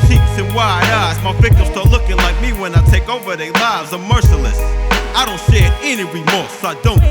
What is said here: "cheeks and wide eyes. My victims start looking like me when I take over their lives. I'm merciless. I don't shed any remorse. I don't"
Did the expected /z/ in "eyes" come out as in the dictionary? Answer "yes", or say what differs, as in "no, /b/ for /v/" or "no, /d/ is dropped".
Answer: no, /s/ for /z/